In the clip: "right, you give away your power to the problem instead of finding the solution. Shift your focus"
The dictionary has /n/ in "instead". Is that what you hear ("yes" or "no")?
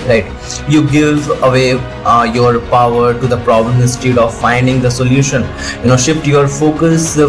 no